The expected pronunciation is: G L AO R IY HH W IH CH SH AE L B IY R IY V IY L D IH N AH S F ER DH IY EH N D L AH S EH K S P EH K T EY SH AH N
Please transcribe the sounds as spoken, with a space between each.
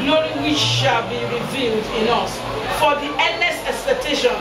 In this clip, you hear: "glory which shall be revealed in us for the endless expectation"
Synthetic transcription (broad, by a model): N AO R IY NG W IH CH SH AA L B IY R IY V IY L D IH N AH S F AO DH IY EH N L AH S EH K S P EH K T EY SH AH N